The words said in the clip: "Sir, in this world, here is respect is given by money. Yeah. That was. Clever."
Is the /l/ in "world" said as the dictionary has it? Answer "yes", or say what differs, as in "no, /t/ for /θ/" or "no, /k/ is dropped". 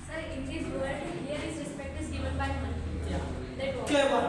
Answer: no, /l/ is dropped